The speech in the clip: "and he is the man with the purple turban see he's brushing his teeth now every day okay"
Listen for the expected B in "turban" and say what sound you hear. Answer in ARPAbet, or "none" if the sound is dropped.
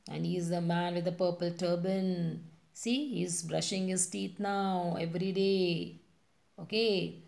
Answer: B